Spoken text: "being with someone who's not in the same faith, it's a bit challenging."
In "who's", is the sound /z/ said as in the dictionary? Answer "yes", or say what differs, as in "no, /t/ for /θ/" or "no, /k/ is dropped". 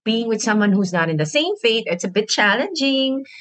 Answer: yes